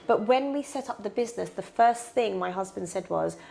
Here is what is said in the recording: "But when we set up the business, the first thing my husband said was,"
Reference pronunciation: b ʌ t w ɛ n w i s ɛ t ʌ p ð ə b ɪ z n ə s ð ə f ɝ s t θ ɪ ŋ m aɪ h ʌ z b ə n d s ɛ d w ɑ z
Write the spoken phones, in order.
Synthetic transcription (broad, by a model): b ʌ t w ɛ n w i s ɛ t ʌ p ð ə b ɪ z n ə s ð ə f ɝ s θ ɪ ŋ m aɪ h ʌ z b ə n d s ɛ d w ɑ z